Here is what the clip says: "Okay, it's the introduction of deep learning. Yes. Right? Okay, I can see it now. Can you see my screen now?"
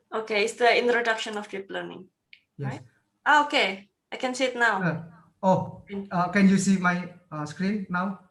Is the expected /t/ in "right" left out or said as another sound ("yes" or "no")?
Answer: yes